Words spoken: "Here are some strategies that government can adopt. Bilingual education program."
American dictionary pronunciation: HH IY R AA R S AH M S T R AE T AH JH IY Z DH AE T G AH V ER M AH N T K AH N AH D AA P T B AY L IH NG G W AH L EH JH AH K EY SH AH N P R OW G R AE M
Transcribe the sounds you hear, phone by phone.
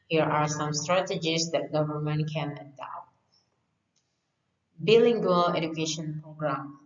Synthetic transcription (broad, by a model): HH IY R AA R S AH M S T R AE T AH JH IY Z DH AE T G AH V ER M AH N T K AH N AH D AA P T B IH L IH NG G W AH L EH JH AH K EY SH AH N P R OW G R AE M